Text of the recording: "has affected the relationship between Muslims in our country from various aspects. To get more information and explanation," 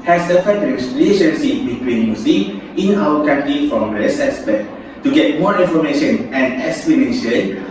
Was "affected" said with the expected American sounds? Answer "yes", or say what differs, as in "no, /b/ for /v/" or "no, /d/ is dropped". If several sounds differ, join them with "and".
no, /k/ is dropped